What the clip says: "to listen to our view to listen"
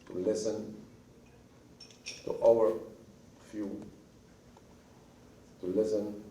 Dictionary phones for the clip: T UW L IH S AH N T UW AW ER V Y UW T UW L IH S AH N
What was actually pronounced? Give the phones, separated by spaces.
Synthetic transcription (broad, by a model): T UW L IH S AH N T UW AW ER F Y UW T UW L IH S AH N